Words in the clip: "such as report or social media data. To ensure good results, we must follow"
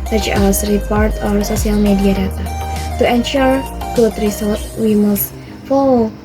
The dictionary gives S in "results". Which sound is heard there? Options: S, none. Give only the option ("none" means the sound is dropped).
none